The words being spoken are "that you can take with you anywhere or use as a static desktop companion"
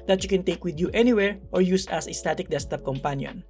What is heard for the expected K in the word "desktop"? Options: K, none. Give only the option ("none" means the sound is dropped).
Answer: none